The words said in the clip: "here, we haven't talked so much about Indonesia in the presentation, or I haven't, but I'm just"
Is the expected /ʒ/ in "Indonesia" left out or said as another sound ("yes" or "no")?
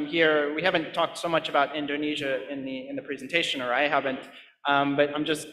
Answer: no